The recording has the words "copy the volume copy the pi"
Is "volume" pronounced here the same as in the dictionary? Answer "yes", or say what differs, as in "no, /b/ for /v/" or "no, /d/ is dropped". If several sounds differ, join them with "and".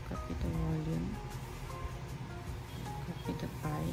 no, /w/ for /v/